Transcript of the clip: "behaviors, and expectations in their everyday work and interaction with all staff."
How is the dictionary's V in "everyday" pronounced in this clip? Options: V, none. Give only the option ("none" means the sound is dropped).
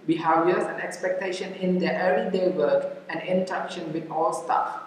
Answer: none